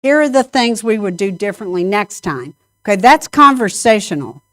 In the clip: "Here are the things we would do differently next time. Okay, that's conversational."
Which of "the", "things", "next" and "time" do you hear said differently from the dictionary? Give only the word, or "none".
none